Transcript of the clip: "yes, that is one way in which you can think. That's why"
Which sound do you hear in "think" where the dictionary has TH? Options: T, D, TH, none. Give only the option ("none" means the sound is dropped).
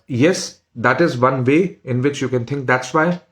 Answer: T